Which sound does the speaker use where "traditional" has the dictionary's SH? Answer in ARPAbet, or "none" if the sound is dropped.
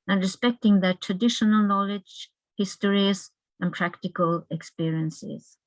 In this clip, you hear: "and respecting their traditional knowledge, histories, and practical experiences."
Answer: SH